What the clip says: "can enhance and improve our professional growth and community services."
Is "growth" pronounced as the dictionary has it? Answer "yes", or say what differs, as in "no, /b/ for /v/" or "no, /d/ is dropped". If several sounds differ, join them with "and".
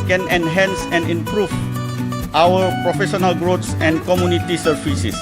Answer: no, /s/ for /θ/